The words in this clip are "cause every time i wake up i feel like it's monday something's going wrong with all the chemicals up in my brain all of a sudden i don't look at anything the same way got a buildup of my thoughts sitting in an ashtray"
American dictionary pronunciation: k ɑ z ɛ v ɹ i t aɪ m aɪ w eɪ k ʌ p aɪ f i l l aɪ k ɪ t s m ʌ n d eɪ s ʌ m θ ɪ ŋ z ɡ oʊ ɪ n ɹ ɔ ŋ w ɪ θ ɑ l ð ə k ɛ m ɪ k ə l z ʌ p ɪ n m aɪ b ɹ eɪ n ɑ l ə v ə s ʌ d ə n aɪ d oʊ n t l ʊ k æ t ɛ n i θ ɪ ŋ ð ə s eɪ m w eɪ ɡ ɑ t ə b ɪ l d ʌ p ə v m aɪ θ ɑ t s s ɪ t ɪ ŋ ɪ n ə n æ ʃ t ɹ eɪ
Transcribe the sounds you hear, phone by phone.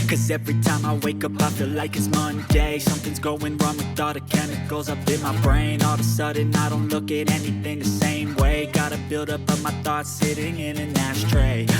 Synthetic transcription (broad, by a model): k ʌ z ɛ v ɹ i t aɪ m aɪ w eɪ k ʌ p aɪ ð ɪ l l aɪ k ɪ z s m ʌ n d eɪ s ʌ m θ ɪ ŋ z ɡ oʊ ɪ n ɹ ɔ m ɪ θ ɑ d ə k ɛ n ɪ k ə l z ʌ p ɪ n m aɪ b ɹ eɪ n ɑ l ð ə s ʌ d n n aɪ d oʊ n t l ʊ k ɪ t ɛ n i θ ɪ ŋ ð ə s eɪ m w eɪ ɡ ɑ t ə b ɪ l d ʌ p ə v m aɪ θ ɑ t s s ɪ t ɪ ŋ ɪ n ə n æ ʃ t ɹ eɪ